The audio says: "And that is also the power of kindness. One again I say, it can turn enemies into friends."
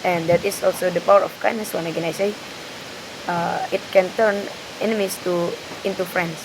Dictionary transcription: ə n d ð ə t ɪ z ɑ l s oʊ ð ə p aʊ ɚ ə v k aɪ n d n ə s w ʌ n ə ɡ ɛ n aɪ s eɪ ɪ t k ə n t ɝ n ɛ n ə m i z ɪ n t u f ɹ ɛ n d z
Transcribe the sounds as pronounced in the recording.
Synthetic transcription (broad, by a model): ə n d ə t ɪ s ɑ l s oʊ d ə p aʊ ɚ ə f k aɪ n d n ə s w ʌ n ə ɡ ɛ n aɪ s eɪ ɪ t k ə n t ɝ n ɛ n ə m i s ɪ n t u f ɹ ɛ n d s